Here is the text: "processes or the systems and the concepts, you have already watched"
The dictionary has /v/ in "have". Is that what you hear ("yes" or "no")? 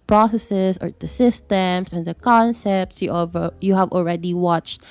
yes